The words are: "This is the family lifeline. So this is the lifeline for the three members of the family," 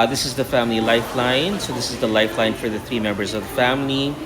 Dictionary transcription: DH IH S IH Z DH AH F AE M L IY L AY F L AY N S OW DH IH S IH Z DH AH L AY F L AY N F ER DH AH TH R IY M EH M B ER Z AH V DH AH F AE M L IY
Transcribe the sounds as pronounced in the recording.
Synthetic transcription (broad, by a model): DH IH S IH Z DH AH F AE M L IY L AY F L AY N S OW DH IH S IH Z DH AH L AY F L AY N F ER DH AH TH R IY M EH M B ER Z AH V DH AH F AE M L IY